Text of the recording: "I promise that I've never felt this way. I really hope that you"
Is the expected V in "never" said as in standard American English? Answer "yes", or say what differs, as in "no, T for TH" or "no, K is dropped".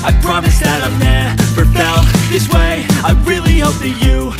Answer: no, F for V